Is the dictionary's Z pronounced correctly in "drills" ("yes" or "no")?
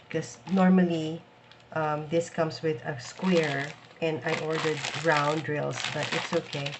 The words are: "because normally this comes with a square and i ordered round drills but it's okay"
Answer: no